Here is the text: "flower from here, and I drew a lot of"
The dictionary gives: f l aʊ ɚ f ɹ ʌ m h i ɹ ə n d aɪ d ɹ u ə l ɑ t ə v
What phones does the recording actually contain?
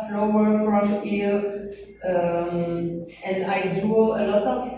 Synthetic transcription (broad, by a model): f l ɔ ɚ f ɹ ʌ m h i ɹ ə n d aɪ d u ə l ɑ t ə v